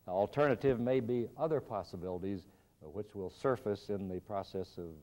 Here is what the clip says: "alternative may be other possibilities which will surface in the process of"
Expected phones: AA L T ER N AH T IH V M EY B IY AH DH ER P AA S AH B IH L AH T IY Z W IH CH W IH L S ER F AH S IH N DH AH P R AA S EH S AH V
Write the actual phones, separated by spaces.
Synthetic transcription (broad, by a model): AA L T ER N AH T IH V M EY B IY AH DH ER P AA S AH B IH L AH T IY Z W IH CH W IH L S ER F AH S IH N DH AH P R AA S EH S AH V